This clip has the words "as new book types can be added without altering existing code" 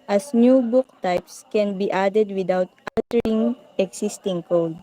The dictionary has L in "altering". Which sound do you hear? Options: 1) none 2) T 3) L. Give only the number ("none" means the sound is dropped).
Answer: 1